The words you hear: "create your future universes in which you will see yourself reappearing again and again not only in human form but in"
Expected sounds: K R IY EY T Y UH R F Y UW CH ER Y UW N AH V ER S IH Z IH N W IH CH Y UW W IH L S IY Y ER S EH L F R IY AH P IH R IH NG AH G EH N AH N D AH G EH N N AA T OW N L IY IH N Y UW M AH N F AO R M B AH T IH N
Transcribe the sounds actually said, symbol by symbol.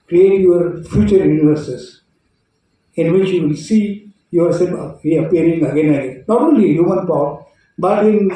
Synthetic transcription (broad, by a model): K R IY EY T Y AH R F Y UW CH ER Y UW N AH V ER S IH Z IH N W IH CH Y UW W IH L S IY Y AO S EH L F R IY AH P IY R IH NG AH G EH N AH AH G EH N N AA T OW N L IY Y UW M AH N P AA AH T B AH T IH N